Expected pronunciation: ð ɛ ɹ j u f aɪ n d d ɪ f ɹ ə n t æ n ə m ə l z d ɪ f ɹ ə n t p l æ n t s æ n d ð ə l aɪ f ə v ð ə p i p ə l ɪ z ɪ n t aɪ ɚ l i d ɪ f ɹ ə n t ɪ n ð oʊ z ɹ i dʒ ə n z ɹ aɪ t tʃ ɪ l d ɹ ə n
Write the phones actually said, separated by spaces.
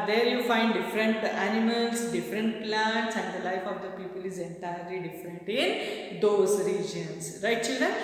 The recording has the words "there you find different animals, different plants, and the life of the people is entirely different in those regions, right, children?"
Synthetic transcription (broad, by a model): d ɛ ɹ j u f aɪ n d d ɪ f ɹ ə n t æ n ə m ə l s d ɪ f ɹ ə n t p l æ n t s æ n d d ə l aɪ f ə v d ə p i p ə l ɪ z ɪ n t aɪ ɚ l i d ɪ f ɹ ə n t ɪ n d oʊ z ɹ i dʒ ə n s ɹ aɪ t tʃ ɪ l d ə